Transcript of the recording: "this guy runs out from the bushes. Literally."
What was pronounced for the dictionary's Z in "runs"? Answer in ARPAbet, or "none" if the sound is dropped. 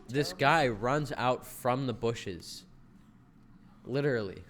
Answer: Z